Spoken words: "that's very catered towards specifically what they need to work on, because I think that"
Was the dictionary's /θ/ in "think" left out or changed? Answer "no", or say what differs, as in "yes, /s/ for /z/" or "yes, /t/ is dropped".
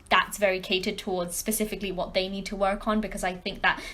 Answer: no